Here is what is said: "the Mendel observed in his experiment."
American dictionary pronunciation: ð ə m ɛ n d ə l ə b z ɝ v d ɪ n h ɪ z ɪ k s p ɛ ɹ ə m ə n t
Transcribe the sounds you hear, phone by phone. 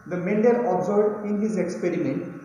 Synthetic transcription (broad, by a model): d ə m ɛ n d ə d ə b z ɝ d ɪ n h ɪ z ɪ k s p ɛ ɹ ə m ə n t